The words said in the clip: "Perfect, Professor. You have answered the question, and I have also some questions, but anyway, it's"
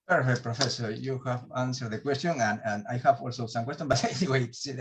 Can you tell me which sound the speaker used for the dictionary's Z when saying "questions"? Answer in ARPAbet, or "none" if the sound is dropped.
none